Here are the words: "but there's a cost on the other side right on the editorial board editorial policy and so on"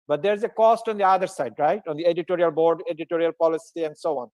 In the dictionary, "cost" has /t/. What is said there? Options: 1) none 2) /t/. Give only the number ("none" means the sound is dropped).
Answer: 2